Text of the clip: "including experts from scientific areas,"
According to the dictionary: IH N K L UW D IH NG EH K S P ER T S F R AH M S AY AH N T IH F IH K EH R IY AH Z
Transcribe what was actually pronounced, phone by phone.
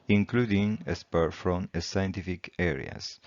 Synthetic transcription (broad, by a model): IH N K L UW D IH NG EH S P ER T F R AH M S AY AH N T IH F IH K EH R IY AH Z